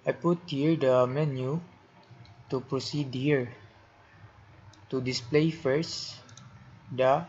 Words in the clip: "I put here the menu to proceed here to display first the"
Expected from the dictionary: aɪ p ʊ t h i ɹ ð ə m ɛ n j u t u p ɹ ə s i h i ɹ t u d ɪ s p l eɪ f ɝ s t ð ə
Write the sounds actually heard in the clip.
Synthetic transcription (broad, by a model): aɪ p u t h i ɹ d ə m ɛ n j u t u p ɹ ə s i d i ɹ t u d ɪ s p l eɪ f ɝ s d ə